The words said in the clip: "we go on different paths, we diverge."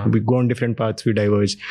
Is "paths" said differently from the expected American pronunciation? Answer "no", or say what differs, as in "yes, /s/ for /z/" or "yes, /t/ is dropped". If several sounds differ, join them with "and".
yes, /t/ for /θ/